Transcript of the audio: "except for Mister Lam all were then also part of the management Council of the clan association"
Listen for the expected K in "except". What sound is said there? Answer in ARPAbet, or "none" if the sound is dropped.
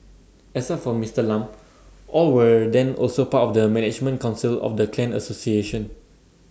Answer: none